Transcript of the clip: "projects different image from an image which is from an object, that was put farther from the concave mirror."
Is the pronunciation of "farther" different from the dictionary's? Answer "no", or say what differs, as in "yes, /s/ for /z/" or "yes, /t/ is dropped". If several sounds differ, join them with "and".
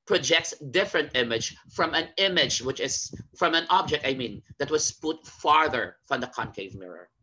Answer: no